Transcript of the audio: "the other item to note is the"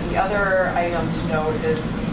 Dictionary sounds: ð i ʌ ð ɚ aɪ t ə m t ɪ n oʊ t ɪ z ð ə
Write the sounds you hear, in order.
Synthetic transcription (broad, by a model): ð i ʌ ð ɚ aɪ t ə m t ɪ n oʊ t ɪ z